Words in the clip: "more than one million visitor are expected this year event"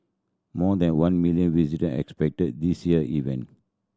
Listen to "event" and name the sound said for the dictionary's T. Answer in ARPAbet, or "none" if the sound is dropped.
none